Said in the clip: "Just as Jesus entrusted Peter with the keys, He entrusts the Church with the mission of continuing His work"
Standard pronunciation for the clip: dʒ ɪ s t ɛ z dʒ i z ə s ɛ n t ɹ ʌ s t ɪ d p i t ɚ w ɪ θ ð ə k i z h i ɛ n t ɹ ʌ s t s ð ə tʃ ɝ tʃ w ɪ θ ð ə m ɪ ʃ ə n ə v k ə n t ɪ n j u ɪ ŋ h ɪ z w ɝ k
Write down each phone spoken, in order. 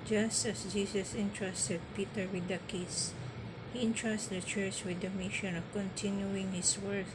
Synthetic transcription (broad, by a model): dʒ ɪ s t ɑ s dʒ i s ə s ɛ n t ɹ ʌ s t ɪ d p i t ɚ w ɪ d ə k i s h i n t ɹ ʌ s t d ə tʃ ɝ tʃ w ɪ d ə m ɪ ʃ ə n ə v k ə n t ɪ n j u ɪ ŋ h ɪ s w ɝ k